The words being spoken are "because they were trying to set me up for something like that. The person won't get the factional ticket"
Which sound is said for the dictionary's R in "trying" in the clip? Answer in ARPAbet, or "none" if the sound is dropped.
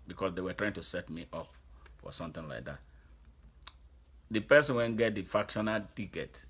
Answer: R